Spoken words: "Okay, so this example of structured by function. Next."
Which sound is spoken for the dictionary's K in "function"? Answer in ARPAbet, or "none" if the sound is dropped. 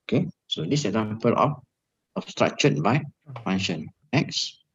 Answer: none